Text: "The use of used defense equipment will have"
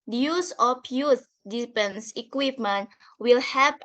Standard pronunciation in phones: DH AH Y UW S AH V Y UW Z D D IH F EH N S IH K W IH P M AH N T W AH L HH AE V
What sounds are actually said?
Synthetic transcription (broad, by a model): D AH Y UW S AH F Y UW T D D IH P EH N S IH K W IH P M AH N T W AH L HH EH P